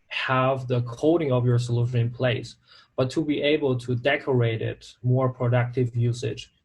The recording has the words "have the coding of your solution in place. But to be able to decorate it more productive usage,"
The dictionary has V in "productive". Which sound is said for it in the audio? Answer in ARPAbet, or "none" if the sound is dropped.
V